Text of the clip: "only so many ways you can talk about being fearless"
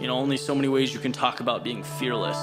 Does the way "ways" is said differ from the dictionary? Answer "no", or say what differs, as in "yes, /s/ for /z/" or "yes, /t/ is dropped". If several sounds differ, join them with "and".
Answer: no